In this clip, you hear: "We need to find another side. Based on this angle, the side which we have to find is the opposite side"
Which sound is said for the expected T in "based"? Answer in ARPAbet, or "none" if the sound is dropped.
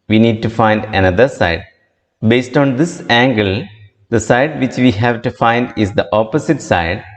T